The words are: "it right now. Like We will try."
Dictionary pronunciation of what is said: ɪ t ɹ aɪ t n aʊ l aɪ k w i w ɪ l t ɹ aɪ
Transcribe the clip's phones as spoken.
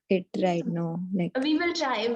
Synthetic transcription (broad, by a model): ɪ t ɹ aɪ t n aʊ n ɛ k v i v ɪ l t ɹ aɪ